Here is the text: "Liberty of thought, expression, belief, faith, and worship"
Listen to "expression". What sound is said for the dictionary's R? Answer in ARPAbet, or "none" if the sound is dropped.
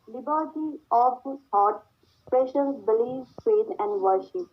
none